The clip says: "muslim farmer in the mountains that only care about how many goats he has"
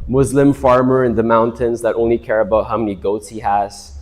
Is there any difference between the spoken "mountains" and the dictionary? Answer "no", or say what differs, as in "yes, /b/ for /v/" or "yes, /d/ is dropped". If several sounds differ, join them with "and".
no